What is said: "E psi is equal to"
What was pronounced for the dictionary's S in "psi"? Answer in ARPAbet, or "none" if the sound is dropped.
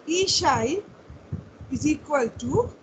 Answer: SH